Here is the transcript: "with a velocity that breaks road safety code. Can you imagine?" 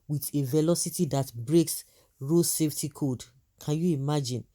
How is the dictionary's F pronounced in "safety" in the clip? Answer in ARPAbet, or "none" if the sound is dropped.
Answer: F